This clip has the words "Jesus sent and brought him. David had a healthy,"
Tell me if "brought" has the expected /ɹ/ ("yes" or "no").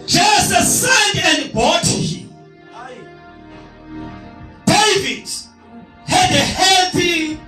no